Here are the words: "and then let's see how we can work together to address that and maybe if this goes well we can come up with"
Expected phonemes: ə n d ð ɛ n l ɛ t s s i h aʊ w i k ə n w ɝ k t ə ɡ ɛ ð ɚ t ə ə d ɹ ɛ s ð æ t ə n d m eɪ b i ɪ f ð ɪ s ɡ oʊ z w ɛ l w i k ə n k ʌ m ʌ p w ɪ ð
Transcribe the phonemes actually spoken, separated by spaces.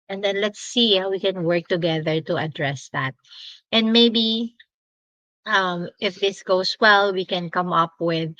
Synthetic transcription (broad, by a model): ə n d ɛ n l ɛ t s s i h aʊ w i k ə n w ɝ k t ə ɡ ɛ ð ɚ t ə ə d ɹ ɛ s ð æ t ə n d m eɪ b i ɪ f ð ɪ s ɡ oʊ s w ɛ l w i k ə n k ʌ m ʌ p w ɪ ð